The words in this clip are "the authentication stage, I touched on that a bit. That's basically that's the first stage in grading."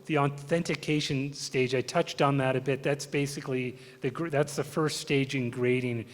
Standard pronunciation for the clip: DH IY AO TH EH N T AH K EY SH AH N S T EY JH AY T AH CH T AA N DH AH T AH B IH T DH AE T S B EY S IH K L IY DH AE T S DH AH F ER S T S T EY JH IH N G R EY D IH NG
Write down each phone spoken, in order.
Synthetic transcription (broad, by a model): DH IY AO TH EH N T AH K EY SH AH N S T EY JH AY T AH CH T N DH AH T AH B IH T DH AE T S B EY S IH K L IY DH AE T S DH AH F ER S T S T EY JH IH N G R EY D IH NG